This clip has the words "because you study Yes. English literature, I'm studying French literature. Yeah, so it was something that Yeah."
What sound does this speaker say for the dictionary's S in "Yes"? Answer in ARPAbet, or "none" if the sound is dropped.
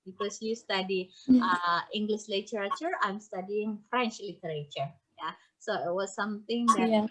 none